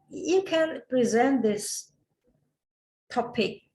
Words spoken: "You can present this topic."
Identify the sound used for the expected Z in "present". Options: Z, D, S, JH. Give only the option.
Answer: Z